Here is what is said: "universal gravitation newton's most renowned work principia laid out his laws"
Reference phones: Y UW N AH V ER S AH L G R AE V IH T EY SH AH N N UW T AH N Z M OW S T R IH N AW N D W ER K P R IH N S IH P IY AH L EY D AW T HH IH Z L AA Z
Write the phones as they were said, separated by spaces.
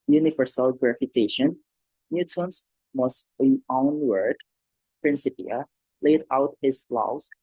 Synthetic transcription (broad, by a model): Y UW N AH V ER S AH L G R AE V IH T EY SH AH N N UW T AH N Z M OW S T L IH AW N W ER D P R IH N S IH P IY AH L EY D AW T HH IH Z L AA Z